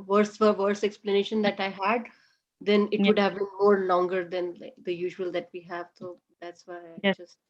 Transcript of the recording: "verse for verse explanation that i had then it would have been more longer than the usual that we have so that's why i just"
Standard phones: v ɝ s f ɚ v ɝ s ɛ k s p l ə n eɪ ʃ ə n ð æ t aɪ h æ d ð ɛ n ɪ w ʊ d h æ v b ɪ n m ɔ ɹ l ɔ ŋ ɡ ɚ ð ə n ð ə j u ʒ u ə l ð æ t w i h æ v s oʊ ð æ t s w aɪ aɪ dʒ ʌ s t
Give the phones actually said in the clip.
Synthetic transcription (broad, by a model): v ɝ s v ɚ v ɝ s ɛ k s p l ə n eɪ ʃ ə n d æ t aɪ h æ d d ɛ n ɪ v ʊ d h æ v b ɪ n m ɔ ɹ l ɔ ŋ ɡ ɚ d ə n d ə j u ʒ u ə l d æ t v i h æ v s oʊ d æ t s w aɪ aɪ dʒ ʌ s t